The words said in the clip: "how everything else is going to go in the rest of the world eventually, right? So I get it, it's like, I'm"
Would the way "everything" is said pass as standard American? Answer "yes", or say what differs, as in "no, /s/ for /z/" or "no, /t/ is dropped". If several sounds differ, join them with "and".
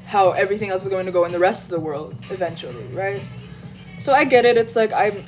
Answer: yes